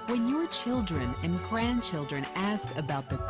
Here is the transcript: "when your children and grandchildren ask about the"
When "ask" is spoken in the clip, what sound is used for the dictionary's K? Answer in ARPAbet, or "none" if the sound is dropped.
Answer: K